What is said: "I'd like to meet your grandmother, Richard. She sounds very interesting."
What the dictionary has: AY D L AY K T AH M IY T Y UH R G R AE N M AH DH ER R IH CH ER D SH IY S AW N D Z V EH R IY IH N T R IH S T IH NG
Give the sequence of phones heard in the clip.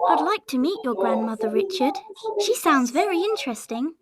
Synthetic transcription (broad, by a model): AY D L AY K T AH M IY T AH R G R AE N M AH DH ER R IH CH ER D SH IY S AW N D Z V EH R IY IH N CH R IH S T IH NG